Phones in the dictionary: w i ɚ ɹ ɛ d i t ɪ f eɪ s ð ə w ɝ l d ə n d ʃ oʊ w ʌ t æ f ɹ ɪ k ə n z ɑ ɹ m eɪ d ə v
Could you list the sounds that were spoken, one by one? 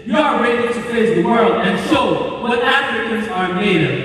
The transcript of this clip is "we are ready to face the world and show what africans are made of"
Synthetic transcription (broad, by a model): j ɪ ɚ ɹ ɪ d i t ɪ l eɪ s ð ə w ɝ l d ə n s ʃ oʊ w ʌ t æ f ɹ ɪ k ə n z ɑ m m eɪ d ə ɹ